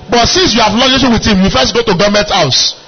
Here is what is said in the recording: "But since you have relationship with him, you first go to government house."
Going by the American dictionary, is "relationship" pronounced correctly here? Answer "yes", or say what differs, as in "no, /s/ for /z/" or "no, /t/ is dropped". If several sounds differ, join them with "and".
no, /l/ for /ɹ/